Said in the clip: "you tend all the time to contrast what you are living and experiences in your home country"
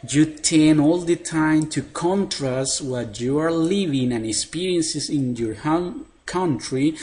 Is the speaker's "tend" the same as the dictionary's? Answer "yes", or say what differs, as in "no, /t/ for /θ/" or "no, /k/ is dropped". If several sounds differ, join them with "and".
no, /d/ is dropped